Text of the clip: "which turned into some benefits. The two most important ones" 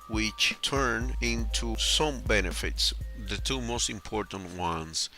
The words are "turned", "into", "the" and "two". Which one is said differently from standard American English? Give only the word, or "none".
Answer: turned